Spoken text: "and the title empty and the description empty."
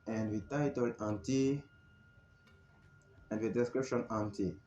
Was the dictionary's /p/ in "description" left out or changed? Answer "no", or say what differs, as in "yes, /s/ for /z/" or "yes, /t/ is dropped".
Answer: no